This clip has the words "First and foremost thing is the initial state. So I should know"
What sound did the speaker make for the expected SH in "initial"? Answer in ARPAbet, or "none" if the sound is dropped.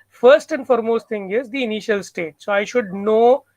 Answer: SH